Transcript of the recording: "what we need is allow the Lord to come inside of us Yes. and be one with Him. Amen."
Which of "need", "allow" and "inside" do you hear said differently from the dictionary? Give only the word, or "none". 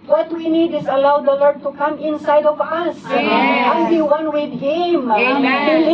none